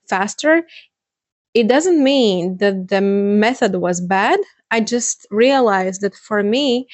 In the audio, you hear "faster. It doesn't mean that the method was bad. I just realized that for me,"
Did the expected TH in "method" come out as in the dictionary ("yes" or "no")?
yes